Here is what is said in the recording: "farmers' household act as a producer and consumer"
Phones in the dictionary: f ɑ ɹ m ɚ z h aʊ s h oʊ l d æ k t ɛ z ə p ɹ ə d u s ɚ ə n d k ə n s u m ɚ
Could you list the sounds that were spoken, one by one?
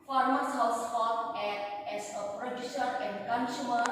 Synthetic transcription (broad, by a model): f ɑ ɹ m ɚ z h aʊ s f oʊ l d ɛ t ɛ s ə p ɹ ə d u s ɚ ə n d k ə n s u m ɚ